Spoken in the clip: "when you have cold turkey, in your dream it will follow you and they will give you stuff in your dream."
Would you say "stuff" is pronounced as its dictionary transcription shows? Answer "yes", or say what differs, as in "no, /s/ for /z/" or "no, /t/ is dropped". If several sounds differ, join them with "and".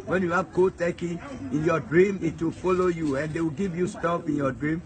no, /p/ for /f/